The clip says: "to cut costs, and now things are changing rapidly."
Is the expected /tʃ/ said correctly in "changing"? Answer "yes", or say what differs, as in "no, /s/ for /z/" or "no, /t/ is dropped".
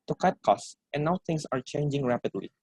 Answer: yes